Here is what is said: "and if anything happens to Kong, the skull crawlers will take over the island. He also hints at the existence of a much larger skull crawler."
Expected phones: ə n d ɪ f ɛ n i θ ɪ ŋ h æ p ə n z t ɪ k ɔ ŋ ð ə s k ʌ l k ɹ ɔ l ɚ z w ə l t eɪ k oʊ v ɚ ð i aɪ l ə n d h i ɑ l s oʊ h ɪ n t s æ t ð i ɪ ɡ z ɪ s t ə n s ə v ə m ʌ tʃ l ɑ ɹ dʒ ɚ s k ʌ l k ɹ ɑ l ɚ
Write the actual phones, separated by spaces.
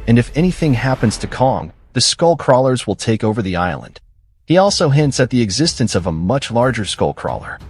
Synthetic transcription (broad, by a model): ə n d ɪ f ɛ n i θ ɪ ŋ h æ p ə n z t ɪ k ɔ ŋ ð ə s k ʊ l k ɹ ɔ l ɚ z w ə l t eɪ k oʊ v ɚ ð i aɪ l ə n d h i ɑ l s oʊ h ɪ n t s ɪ t ð i ɪ ɡ z ɪ s t ə n s ə v ə m ʌ tʃ l ɑ ɹ dʒ ɚ s k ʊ l k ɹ ɑ l ɚ